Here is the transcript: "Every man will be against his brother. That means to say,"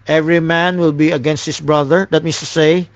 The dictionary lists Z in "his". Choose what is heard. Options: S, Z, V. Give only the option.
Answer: S